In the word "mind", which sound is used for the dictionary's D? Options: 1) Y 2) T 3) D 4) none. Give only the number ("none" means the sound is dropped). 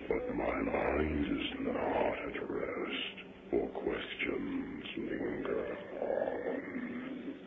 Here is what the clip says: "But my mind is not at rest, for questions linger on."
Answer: 3